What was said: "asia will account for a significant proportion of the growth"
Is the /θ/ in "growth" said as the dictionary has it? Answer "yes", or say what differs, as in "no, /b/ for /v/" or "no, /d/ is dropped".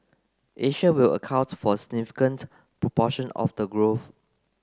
no, /f/ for /θ/